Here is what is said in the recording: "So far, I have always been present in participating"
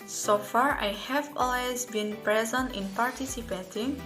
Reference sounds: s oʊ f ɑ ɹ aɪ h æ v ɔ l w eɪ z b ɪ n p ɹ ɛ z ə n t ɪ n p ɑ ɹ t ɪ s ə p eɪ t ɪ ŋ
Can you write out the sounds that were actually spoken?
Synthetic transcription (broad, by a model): s oʊ f ɑ ɹ aɪ h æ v ɔ l w eɪ z b ɪ n p ɹ ɛ z ə n t ɪ n p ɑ ɹ t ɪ s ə p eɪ t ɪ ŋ